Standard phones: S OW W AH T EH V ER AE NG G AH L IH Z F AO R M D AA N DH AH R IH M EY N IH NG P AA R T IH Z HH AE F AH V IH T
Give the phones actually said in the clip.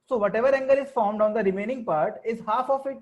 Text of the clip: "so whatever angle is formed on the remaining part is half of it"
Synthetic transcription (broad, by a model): S OW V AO T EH V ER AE NG G AH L IH Z F AO R M D AA N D AH R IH M EY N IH NG P AA R T IH Z HH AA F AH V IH T